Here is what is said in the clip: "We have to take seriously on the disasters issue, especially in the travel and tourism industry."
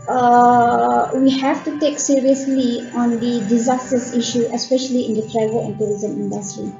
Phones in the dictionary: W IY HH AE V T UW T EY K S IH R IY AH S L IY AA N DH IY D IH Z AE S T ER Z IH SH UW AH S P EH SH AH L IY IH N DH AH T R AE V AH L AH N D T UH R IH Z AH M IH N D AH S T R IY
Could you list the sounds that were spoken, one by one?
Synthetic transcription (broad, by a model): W IY HH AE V T UW T EY K S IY R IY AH S L IY AA N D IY D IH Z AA S T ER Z IH SH UW AH S P EH SH AH L IY IH N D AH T R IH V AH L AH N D T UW R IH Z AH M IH N D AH S T R IY